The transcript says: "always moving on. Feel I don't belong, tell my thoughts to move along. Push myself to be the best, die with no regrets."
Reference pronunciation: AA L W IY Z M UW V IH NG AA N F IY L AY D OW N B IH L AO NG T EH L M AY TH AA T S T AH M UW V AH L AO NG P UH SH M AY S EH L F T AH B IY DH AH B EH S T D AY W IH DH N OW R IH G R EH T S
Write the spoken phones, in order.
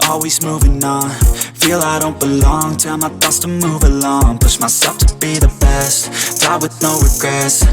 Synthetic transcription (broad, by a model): AA L W IY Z M UW V IH NG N F IY L AY D OW N B IH L AO NG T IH M AY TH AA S T AH M UW V AH L AO NG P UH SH M AY S EH L F T AH B IY DH AH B EH S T D AY W IH DH N OW R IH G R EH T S